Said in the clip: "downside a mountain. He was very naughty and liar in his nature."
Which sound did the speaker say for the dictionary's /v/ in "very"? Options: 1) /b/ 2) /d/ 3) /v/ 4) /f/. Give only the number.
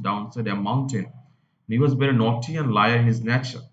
1